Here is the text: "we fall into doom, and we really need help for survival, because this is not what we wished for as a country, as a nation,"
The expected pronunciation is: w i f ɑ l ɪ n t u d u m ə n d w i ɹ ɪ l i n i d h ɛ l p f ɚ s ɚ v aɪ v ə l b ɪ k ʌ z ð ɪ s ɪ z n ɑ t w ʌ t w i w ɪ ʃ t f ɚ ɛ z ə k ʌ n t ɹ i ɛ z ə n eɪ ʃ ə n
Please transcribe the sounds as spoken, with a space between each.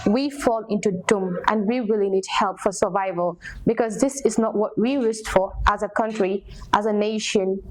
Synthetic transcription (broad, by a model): w i f ɑ l ɪ n t u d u m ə n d w i w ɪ l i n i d h ɛ l p f ɚ s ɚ v aɪ v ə l b ɪ k ʌ z ð ɪ s ɪ z n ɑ t w ʌ t w i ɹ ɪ s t f ɚ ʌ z ə k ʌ n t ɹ i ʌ z ə n eɪ ʃ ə n